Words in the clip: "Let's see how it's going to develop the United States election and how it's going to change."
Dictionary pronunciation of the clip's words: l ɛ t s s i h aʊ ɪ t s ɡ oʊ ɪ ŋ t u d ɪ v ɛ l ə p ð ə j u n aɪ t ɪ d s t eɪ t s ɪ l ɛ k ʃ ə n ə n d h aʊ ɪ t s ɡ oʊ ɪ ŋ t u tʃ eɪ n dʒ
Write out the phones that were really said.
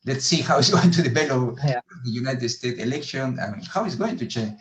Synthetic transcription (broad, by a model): l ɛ t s s i h aʊ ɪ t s ɡ oʊ ɪ ŋ t u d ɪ b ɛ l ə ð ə j u n aɪ t ɪ d s t eɪ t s ɪ l ɛ k ʃ ə n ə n h aʊ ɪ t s ɡ oʊ ɪ ŋ t u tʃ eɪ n